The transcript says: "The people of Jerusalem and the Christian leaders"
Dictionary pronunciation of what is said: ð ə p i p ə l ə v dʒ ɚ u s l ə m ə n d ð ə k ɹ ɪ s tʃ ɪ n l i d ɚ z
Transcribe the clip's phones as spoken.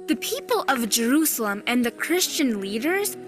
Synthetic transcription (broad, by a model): ð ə p i p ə l ə v dʒ ɚ u s l ə m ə n ð ə k ɹ ɪ s tʃ ɪ n l i d ɚ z